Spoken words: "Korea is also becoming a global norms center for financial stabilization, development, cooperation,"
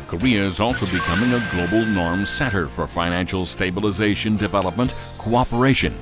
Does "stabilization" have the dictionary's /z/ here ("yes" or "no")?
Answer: yes